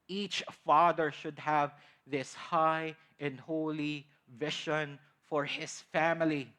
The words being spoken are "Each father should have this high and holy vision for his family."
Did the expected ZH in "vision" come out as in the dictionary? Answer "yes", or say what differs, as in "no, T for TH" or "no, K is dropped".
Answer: no, SH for ZH